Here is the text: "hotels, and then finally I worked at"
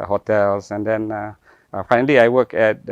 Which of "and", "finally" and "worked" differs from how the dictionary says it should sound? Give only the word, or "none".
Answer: worked